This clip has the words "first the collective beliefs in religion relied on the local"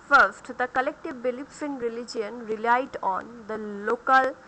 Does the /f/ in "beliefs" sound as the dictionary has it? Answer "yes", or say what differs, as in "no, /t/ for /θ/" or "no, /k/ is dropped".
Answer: no, /p/ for /f/